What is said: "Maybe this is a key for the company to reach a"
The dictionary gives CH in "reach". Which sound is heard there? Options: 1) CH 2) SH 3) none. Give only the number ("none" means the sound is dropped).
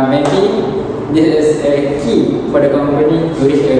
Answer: 2